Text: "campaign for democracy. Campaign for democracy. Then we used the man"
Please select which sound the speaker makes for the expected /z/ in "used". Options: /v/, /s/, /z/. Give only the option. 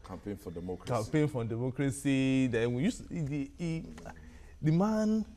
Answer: /s/